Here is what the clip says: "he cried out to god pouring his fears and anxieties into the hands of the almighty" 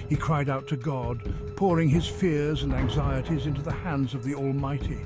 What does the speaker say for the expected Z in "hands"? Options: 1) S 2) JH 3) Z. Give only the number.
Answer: 3